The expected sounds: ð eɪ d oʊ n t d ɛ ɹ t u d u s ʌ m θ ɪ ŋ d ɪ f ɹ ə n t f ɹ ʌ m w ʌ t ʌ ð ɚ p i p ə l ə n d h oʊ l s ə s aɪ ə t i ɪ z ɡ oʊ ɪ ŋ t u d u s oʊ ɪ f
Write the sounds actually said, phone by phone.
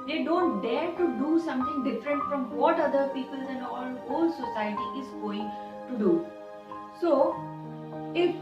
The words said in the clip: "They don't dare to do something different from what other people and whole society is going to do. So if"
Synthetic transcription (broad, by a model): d eɪ d oʊ n t d ɛ ɹ t u d u s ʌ m t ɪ ŋ d ɪ f ɹ ə n t f ɹ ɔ m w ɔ t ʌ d ɚ p i p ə l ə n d h oʊ l s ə s aɪ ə t i ɪ z ɡ oʊ ɪ ŋ t u d u s oʊ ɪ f